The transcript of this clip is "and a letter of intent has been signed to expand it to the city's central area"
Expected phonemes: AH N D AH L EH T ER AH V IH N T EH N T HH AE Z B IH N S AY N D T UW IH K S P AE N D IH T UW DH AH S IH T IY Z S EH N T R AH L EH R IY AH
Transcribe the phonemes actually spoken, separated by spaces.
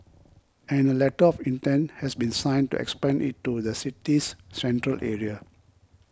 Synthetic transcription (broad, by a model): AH N AH L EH T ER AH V IH N T EH N T HH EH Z B IH N S AY N T UW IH K S P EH N IH T UW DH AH S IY T IY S EH N T R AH L EH R IY AH